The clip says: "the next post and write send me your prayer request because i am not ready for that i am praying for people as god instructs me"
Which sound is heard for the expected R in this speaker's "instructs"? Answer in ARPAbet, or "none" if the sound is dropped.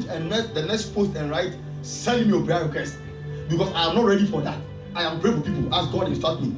none